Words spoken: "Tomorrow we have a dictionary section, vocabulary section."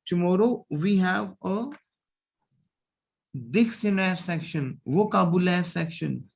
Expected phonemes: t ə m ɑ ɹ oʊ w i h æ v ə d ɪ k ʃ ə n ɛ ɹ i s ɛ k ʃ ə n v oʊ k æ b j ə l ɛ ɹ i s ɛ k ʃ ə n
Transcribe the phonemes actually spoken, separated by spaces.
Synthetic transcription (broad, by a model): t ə m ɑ ɹ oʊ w i h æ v ə d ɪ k s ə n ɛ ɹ s ɛ k ʃ ə n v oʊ k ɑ b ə l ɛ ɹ s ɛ k ʃ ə n